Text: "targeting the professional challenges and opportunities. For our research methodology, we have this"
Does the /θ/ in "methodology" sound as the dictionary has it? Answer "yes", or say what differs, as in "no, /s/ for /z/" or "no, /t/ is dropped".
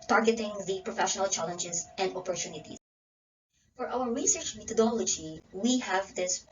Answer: no, /t/ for /θ/